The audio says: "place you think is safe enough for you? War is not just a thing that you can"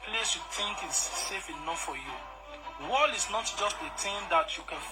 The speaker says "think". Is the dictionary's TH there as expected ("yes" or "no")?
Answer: no